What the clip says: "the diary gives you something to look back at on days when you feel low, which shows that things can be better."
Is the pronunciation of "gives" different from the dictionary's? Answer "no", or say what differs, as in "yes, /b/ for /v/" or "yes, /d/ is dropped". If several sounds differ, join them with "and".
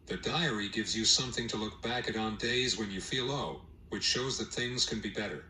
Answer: no